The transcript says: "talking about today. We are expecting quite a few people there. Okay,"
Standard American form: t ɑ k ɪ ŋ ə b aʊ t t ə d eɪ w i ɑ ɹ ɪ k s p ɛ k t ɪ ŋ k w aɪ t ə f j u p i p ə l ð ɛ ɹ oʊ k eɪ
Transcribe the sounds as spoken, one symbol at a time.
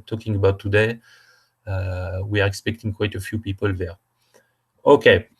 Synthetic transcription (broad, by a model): t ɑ k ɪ ŋ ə b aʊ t t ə d eɪ w i ɑ ɹ ɪ k s p ɛ k t ɪ ŋ k w aɪ t ə f j u p i p ə l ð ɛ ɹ oʊ k eɪ